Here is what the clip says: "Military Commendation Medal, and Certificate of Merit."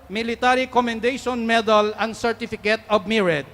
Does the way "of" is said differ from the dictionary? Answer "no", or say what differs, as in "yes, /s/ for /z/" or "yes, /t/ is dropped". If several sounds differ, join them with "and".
yes, /b/ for /v/